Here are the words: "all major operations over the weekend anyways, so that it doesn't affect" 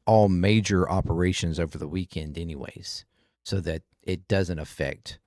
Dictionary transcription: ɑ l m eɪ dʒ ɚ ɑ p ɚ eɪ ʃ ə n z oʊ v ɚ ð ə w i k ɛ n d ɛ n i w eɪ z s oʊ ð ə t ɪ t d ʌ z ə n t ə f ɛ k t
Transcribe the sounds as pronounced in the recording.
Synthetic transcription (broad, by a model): ɑ l m eɪ dʒ ɚ ɑ p ɚ eɪ ʃ ə n z oʊ v ɚ ð ə w i k ɛ n d ɛ n i w eɪ z s oʊ ð ə t ɪ t d ʌ z ə n t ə f ɛ k t